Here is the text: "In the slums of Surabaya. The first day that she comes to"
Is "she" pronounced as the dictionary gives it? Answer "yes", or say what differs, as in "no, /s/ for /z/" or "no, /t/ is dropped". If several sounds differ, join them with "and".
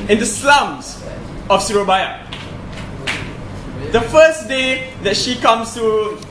yes